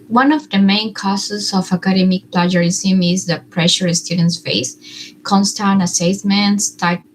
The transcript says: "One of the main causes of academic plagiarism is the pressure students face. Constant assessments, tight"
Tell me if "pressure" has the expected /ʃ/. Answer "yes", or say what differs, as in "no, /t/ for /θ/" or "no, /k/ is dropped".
yes